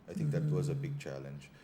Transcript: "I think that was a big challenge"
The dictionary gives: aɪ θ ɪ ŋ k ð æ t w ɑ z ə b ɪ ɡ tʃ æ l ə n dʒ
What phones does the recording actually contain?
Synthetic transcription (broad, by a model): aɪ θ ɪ ŋ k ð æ t w ɑ z ə b ɪ ɡ tʃ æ l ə n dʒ